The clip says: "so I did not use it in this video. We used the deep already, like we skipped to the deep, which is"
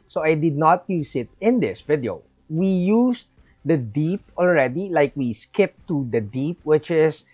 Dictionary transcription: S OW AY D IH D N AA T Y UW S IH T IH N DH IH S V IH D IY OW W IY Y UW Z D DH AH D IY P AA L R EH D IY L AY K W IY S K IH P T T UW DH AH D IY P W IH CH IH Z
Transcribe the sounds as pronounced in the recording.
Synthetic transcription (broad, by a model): S OW AY D IH D N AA T Y UW S IH T IH N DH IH S V IH D IY OW W IY Y UW S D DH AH D IY P AA L R EH D IY L AY K W IY S K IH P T T UW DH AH D IY P W IH CH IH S